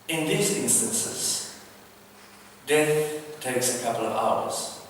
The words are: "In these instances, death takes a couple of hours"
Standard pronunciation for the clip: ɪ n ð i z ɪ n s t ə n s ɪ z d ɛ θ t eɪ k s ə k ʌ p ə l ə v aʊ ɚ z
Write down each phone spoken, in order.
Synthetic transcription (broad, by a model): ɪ n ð i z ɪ n s t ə n s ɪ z d ɛ θ t eɪ k s ə k ʌ p ə l ə v aʊ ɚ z